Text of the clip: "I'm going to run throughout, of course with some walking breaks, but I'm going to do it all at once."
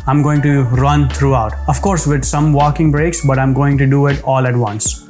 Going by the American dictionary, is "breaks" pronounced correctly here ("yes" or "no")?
yes